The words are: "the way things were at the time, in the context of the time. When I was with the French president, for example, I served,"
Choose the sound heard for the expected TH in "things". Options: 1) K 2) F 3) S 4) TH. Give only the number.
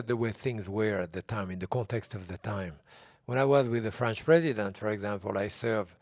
4